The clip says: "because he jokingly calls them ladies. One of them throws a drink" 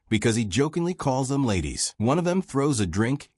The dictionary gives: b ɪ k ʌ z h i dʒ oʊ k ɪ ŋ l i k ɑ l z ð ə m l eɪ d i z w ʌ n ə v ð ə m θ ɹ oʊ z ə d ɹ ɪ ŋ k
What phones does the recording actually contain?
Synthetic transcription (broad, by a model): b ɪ k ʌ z i dʒ oʊ k ɪ ŋ l i k ɑ l z ð ə m l eɪ d i z w ʌ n ə v ð ə m θ ɹ oʊ z ə d ɹ ɪ ŋ k